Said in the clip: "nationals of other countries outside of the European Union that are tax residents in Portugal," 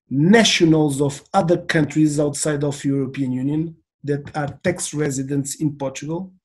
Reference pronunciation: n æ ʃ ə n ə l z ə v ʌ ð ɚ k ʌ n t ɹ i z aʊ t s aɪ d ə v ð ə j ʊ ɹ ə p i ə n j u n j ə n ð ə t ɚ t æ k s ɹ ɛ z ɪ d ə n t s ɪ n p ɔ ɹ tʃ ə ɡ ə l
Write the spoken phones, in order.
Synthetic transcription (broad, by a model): n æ ʃ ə n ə l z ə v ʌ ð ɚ k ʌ n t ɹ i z aʊ t s aɪ d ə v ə j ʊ ɹ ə p i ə n j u n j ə n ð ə t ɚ t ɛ k s ɹ ɛ z ɪ d ə n t s ɪ n p ɔ ɹ tʃ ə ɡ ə l